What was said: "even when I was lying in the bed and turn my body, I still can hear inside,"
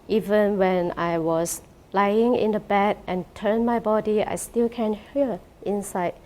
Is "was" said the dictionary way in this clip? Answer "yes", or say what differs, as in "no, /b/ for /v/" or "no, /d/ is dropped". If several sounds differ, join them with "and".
no, /s/ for /z/